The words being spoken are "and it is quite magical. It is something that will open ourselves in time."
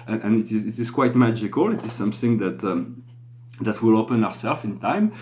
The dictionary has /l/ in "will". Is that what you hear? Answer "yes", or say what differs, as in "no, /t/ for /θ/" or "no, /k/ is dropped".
yes